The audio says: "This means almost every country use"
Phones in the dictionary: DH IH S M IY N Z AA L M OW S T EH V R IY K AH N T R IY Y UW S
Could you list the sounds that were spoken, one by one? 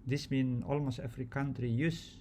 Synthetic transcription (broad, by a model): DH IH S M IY N AA L M OW S T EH F R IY K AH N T R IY Y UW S